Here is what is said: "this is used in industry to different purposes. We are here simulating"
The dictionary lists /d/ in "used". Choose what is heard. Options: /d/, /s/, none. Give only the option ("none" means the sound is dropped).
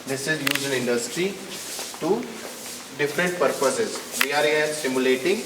none